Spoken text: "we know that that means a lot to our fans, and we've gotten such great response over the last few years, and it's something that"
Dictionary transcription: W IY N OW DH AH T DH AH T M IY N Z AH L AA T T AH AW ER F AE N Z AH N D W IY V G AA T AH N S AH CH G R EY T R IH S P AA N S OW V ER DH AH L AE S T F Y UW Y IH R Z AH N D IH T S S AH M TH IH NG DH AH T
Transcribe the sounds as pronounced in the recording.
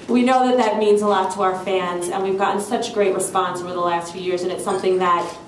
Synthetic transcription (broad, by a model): W IY N OW DH AH T DH AH T M IY N Z AH L AA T T AH AW ER F AE N Z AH N W IY V G AA T N S AH CH G R EY T R IH S P AA N S OW V ER DH AH L AE S T F Y UW Y IH R Z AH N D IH T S S AH M TH IH NG DH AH T